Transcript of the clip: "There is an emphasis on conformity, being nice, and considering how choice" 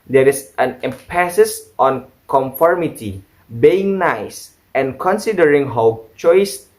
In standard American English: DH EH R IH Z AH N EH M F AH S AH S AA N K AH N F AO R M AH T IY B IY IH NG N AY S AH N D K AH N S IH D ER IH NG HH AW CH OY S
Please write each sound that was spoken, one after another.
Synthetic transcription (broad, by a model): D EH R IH S AH N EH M P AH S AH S AA N K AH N F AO R M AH T IY B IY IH NG N AY S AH N K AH N S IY D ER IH NG HH AW CH OY S